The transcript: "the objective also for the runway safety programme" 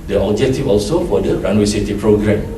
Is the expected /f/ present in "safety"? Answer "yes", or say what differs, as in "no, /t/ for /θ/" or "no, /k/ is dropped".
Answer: no, /f/ is dropped